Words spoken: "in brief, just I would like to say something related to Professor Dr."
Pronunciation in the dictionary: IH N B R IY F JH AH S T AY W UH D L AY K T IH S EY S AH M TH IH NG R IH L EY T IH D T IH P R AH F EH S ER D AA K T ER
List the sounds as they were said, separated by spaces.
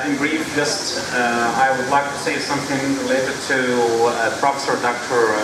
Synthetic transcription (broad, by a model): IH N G R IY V JH AH S T AY W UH D L AY K T IH S EY S AH M TH IH NG R IH L EY T IH D T IH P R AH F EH S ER D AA K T ER